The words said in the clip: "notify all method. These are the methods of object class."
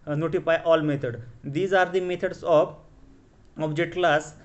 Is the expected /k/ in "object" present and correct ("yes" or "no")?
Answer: no